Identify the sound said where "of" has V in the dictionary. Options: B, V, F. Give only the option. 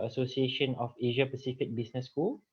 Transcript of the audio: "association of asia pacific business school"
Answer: F